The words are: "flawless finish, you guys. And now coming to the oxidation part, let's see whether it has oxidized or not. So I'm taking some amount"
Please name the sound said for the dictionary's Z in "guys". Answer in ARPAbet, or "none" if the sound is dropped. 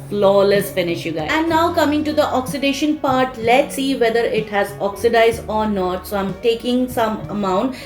none